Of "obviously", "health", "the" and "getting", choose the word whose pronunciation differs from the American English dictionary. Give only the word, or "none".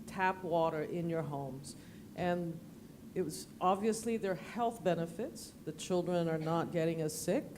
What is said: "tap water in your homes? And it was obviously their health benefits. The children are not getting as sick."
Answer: none